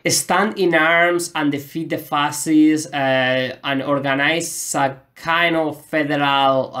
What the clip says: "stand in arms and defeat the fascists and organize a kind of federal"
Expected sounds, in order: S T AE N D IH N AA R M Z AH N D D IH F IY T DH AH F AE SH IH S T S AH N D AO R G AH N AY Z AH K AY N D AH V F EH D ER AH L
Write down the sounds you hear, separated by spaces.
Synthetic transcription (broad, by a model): S T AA N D IH N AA R M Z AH N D D IH F IY T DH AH F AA S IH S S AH N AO R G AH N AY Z AH K AY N AH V F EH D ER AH L